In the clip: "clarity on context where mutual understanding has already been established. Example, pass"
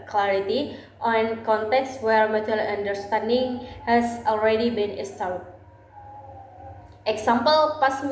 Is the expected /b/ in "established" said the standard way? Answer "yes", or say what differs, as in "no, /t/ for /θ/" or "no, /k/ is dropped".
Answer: no, /b/ is dropped